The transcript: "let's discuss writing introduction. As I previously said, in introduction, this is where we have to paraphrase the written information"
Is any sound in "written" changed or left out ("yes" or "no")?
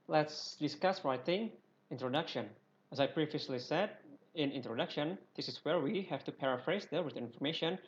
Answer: yes